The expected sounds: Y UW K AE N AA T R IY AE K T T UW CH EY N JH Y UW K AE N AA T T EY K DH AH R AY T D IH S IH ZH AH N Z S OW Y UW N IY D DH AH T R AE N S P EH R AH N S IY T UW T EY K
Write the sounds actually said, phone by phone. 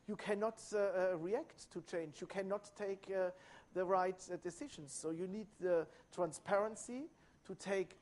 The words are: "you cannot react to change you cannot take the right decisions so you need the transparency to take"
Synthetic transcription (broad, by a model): Y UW K AE N AA T R IY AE K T T UW CH EY N JH Y UW K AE N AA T T EY K DH AH R AY T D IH S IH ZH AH N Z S OW Y UW N IY D DH AH T R AE N S P EH R AH N S IY T UW T EY K